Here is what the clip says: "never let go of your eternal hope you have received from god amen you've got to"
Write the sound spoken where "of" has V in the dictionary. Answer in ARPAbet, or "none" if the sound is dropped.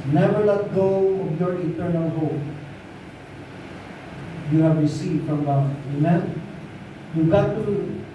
B